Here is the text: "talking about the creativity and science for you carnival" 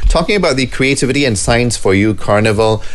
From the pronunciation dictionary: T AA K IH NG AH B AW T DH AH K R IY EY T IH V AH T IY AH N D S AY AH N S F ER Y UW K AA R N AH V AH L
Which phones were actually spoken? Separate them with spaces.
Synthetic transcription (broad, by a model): T AA K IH NG AH B AW T DH AH K R IY EY T IH V AH T IY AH N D S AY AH N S F ER Y UW K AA R N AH V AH L